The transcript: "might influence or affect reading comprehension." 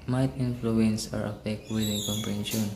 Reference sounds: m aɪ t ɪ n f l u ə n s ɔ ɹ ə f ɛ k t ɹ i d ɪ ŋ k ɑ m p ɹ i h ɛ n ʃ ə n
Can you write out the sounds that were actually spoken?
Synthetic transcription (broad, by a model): m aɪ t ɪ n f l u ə n s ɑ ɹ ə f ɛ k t w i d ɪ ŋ k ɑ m p ɹ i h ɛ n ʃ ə n